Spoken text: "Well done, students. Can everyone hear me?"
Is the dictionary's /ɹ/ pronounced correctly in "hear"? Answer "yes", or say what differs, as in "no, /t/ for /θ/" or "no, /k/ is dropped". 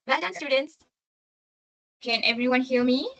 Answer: no, /l/ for /ɹ/